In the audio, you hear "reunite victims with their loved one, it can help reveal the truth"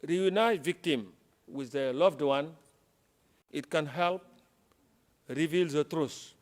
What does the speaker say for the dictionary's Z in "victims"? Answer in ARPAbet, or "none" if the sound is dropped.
none